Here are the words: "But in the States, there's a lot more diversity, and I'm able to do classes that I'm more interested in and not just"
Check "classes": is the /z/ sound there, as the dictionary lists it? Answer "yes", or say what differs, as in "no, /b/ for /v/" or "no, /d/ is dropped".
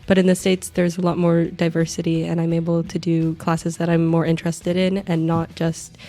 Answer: yes